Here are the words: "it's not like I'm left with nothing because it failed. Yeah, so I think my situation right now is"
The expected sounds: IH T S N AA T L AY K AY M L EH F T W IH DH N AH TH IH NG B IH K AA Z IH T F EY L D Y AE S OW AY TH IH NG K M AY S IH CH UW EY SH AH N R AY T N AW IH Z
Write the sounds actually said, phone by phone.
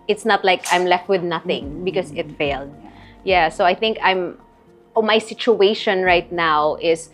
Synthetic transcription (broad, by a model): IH T S N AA T L AY K AY M L EH F T W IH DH N AH TH IH NG B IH K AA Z IH T F EY L D Y AE S OW AY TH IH NG K M AY S IH CH UW EY SH AH N R AY T N AW IH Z